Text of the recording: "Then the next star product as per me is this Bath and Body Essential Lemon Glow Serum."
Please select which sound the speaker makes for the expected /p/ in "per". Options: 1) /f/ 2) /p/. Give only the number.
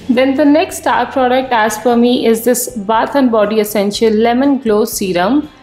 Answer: 1